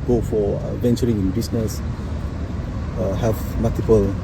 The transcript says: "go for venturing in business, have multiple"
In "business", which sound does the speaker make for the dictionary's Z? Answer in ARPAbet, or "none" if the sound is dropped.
S